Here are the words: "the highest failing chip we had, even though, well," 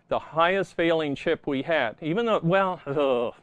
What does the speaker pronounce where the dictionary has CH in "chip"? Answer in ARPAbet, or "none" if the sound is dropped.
SH